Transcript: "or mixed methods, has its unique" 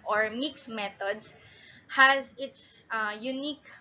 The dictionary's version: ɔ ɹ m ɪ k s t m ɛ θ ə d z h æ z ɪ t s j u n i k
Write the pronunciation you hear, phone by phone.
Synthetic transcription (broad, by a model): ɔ ɹ m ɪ k s m ɛ t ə d s h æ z ɪ t s j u n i k